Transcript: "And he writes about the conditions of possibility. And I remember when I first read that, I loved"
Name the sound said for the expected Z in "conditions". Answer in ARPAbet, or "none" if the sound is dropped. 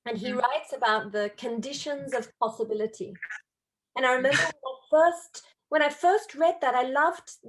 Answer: Z